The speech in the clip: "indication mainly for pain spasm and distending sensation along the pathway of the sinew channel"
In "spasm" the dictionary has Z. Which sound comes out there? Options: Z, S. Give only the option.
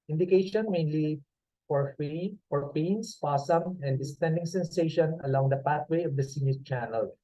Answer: S